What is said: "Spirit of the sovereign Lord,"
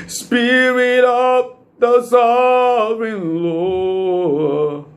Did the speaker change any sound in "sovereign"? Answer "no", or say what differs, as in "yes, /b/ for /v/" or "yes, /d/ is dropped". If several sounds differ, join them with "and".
yes, /ɹ/ is dropped